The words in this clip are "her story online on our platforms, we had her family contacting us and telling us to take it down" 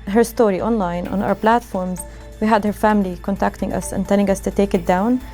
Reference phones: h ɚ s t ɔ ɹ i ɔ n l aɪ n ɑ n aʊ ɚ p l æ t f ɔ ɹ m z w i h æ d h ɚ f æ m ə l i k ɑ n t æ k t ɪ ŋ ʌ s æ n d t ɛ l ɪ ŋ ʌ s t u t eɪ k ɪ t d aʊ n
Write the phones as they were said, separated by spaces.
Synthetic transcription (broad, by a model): h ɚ s t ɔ ɹ i ɔ n l aɪ n ɑ n aʊ ɚ p l æ t f ɔ ɹ m z w i h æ d h ɚ f æ m ə l i k ɑ n t æ k t ɪ ŋ ʌ s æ n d t ɛ l ɪ ŋ ʌ s t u t eɪ k ɪ t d aʊ n